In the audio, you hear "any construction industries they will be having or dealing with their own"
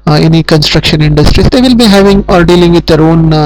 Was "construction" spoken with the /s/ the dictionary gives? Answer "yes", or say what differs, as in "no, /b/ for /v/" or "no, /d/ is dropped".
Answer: yes